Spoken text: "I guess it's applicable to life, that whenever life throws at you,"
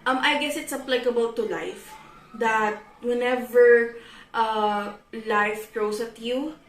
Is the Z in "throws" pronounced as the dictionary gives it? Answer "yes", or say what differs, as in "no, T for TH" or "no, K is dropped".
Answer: no, S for Z